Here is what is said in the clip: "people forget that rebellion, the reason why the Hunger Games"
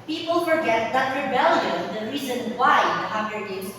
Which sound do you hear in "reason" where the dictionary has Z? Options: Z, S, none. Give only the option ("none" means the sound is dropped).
Z